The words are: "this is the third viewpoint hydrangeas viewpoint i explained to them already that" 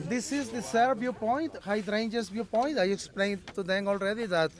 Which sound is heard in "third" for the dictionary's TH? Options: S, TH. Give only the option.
S